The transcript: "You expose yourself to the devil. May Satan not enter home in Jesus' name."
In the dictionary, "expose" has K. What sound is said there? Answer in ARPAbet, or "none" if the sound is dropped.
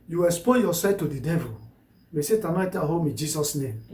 none